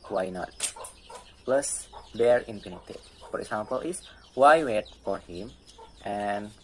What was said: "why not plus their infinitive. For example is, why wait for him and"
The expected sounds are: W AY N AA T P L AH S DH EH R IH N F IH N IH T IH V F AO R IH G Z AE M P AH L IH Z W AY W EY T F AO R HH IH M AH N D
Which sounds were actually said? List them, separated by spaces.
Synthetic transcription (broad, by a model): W AY N AA T P L AH S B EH R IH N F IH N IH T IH F AO R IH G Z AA M P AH L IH S W AY W EY T F AO R HH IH M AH N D